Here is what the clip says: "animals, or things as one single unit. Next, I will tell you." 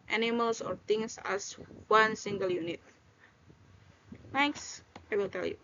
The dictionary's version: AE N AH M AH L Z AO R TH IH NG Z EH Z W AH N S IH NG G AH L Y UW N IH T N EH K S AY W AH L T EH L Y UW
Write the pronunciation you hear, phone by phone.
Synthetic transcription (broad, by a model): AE N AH M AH L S AO R T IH NG S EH S W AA N S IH NG G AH L Y UW N IH T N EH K S AY W AH L T EH L Y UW